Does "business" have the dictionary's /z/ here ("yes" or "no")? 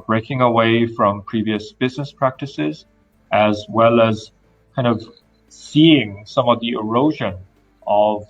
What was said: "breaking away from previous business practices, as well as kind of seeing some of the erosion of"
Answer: yes